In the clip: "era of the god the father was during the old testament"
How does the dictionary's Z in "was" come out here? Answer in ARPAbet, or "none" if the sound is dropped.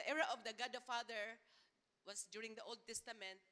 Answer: S